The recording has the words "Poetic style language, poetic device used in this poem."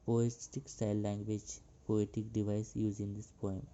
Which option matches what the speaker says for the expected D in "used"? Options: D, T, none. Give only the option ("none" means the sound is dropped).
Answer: none